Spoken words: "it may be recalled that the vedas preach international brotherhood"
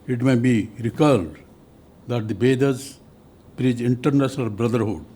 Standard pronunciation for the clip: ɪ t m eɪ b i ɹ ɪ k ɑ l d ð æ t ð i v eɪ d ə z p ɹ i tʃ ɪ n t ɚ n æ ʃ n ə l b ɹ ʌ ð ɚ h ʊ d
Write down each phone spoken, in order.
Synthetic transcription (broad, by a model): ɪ t m eɪ b i ɹ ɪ k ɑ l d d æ t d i b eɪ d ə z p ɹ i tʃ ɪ n t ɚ n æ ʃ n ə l b ɹ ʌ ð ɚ h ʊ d